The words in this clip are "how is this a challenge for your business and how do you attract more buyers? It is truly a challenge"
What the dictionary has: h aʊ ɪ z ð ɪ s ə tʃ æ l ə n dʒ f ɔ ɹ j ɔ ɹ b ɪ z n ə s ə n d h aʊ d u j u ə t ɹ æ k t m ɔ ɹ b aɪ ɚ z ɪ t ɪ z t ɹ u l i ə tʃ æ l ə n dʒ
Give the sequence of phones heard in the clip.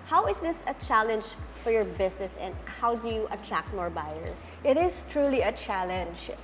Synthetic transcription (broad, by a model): h aʊ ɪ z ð ɪ s ə tʃ æ l ə n dʒ f ɔ ɹ j ɔ ɹ b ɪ s n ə s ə n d h aʊ d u j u ə t ɹ æ k t m ɔ ɹ b aɪ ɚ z ɪ t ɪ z t ɹ u l i ə tʃ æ l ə n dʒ